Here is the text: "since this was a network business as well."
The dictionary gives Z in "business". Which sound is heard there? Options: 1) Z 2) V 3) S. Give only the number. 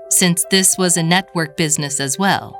1